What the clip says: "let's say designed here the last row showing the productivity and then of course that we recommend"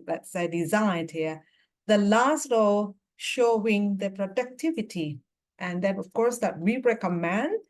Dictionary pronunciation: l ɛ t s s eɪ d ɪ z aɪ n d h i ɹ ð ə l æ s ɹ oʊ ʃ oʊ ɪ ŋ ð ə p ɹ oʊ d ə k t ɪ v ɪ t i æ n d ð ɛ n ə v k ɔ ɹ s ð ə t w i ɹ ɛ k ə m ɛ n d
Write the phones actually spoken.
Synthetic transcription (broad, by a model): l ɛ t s s eɪ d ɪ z aɪ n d h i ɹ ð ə l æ s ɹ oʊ ʃ oʊ ɪ ŋ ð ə p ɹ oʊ d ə k t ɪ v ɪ t i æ n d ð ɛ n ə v k ɔ ɹ s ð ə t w i ɹ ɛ k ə m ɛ n d